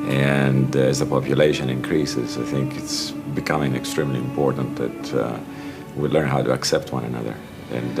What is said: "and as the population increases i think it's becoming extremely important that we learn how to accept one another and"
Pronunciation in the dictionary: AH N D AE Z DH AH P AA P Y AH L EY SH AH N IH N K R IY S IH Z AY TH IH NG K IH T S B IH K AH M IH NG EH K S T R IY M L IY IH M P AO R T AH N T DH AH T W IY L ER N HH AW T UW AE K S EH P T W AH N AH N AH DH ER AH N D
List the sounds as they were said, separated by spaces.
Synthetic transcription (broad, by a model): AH N D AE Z DH AH P AA P Y AH L EY SH AH N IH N K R IY S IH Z AY TH IH NG K IH T S B IH K AH M IH NG EH K S T R IY M L IY IH M P AO R T AH N T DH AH T W IY L ER N HH AW T UW AE K S EH P T W AH N AH N AH DH ER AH N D